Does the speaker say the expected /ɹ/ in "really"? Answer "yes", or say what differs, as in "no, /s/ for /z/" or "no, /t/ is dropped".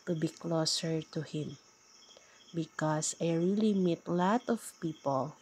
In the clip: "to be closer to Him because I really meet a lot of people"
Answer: yes